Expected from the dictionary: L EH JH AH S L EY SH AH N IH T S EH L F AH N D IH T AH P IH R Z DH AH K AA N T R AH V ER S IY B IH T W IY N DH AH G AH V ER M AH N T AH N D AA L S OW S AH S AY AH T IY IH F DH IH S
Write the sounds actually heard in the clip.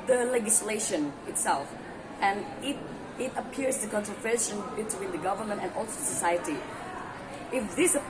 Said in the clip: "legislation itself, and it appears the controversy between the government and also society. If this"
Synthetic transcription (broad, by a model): L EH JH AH S L EY SH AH N IH T S EH L F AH N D IH T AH P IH R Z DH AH K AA N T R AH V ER SH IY B IH T W IY N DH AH G AH V ER M AH N T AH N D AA L S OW S AH S AY AH T IY IH F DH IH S